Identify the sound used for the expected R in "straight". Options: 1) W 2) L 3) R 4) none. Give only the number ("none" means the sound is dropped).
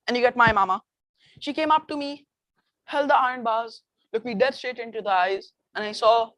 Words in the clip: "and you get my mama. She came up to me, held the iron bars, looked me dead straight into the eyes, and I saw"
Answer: 4